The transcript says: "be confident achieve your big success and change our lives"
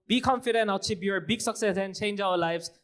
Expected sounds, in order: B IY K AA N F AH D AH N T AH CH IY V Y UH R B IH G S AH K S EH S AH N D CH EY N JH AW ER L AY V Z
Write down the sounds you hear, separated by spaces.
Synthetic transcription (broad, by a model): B IY K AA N F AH D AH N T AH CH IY B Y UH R B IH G S AH K S EH S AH N CH EY N JH AW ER L AY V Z